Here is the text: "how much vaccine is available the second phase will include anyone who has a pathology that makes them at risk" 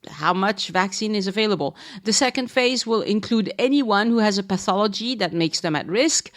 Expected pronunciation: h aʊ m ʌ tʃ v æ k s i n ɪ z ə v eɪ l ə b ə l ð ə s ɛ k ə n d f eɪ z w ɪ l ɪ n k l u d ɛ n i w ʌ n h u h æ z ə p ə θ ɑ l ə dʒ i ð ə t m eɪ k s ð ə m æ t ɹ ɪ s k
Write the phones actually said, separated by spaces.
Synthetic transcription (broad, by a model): h aʊ m ʌ tʃ v æ k s i n ɪ z ə v eɪ l ə b ə l ð ə s ɛ k ə n d f eɪ z w ɪ l ɪ n k l u d ɛ n i w ʌ n h u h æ z ə p ə θ ɑ l ə dʒ i ð ə t m eɪ k s ð ə m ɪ t ɹ ɪ s k